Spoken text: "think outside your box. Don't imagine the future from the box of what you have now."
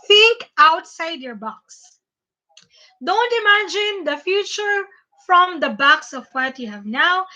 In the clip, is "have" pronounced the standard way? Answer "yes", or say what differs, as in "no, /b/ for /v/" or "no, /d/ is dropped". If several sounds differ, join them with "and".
yes